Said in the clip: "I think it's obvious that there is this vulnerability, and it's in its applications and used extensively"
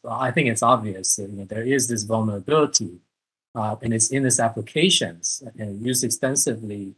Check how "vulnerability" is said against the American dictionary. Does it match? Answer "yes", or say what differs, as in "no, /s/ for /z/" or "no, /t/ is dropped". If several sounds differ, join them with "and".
yes